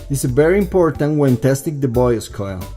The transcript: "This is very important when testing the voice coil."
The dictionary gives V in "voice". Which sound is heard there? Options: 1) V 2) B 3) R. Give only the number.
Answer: 2